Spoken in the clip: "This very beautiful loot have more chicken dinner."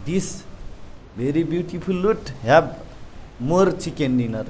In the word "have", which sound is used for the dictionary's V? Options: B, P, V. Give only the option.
B